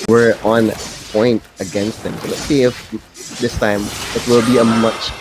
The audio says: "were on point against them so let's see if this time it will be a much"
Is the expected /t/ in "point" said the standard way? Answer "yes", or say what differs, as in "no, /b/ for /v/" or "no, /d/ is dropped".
yes